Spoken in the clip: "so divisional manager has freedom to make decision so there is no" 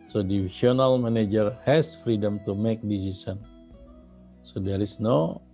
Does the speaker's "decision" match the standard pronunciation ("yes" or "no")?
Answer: no